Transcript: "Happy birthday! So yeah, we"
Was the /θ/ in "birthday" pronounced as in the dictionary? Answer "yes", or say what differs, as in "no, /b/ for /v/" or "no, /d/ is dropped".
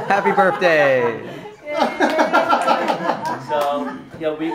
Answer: yes